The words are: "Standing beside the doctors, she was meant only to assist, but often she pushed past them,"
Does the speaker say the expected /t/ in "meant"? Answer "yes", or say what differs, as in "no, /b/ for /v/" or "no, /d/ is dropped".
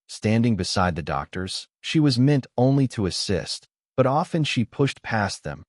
yes